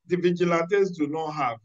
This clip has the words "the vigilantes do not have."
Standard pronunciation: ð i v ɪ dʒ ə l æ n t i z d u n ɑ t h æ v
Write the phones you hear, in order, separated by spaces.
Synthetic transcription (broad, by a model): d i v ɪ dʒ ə l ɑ t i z d u n ɑ t h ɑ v